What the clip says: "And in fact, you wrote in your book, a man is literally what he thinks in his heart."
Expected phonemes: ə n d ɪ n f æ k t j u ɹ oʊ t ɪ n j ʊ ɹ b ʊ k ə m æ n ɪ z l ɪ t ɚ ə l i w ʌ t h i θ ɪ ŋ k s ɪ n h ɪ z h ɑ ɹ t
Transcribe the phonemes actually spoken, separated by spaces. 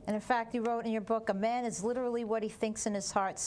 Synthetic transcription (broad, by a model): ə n ɪ n f æ k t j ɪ ɹ oʊ t ɪ n j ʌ ɹ b ʊ k ə m æ n ɪ z l ɪ t ɚ l i w ʌ t h i θ ɪ ŋ k s ɪ n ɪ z h ɑ ɹ t